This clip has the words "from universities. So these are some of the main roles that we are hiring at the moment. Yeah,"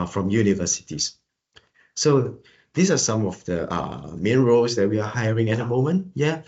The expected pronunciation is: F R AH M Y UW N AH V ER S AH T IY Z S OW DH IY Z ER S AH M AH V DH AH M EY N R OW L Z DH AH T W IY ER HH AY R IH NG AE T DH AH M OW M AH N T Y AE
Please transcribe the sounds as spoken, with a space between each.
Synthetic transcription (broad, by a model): F R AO M Y UW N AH V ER S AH T IY S OW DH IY S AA S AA M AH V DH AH M EY N R OW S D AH T W IY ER HH AY R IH NG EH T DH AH M OW M AH N T Y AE